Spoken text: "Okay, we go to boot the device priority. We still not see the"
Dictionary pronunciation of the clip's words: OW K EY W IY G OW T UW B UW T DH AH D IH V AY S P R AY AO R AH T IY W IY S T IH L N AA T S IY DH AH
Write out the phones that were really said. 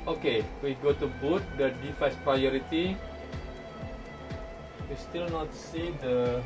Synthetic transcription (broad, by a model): OW K EY W IY G OW T UW B UW T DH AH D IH F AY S P R AY AO R AH T IY W IY S T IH L N AA T S IY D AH